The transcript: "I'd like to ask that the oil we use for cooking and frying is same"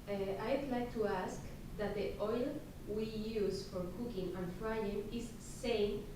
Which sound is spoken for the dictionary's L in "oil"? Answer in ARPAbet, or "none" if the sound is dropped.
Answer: L